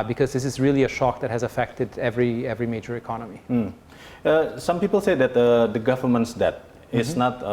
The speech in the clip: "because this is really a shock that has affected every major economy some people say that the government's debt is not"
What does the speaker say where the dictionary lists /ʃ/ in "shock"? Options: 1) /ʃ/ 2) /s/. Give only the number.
1